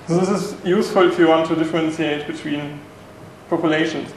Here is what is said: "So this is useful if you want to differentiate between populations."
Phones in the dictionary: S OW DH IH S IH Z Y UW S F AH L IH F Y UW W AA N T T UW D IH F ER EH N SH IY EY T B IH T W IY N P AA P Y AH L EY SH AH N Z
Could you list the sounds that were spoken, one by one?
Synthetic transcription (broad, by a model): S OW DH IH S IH S Y UW S F AH L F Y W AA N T T UW D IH F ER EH N S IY EY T B IH T W IY N P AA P Y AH L EY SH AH N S